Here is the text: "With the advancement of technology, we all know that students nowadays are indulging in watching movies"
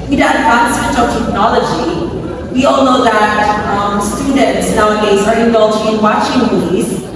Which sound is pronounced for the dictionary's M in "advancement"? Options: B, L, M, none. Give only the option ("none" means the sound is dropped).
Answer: none